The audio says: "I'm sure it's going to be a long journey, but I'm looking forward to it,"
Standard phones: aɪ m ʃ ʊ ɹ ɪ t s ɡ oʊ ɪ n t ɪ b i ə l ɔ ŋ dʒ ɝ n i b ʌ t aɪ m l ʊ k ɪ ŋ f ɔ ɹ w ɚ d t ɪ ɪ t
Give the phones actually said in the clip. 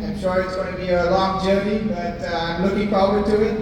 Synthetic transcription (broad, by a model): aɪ m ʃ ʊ ɹ ɪ t s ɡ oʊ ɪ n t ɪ b i ə l ɔ ŋ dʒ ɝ l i b ʌ t aɪ m l ʊ k ɪ ŋ f ɔ ɹ w ɚ d t ɪ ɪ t